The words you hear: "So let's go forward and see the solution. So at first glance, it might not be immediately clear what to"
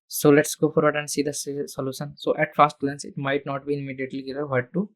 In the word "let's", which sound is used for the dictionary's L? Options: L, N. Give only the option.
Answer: L